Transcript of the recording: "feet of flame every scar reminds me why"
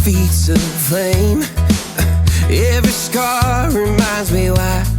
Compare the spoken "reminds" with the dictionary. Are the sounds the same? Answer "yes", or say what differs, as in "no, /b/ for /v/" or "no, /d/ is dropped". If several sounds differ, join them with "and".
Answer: yes